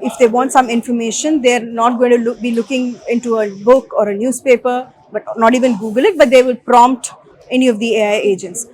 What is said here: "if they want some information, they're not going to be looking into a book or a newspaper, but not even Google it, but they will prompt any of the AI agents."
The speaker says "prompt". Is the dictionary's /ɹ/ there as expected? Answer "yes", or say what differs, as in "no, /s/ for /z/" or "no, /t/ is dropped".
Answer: yes